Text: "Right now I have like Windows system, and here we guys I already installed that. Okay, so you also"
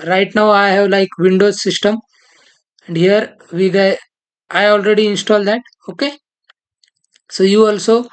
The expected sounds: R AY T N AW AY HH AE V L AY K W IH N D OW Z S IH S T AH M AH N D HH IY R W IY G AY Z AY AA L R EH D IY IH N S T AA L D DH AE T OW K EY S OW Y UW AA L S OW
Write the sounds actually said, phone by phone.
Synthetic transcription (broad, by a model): R AY T N AW AY HH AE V L AY K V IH N D OW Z S IH S T AH M AH N D HH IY R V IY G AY AY AA L R EH D IY IH N S T AA L D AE T OW K EY S OW Y UW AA L S OW